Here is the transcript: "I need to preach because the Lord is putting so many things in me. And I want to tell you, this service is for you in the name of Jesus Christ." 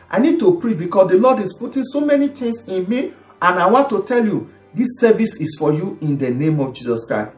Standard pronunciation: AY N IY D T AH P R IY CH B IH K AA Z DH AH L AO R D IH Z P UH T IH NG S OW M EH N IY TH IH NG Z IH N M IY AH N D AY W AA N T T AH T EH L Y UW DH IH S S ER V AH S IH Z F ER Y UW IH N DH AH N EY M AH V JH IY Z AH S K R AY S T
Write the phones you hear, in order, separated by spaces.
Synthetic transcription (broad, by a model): AY N IY D T AH P R IY CH B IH K AA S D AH L AO D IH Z P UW T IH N S OW M EH N IY T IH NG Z IH N M IY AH N AY W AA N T T AH T EH L Y UW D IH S S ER V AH S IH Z F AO Y UW IH N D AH N EY M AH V JH IY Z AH S K R AY S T